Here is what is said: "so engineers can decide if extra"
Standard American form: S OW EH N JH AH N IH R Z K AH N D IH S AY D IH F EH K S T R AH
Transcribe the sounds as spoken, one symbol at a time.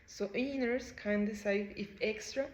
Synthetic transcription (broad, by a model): S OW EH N AH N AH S K AH N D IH S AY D IH F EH K S T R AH